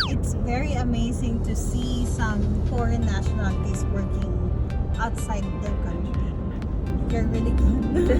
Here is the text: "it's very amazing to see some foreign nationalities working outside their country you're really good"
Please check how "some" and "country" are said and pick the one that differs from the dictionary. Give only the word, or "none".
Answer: country